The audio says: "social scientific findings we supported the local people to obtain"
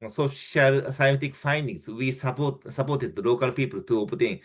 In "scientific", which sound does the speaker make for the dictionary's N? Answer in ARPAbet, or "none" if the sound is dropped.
none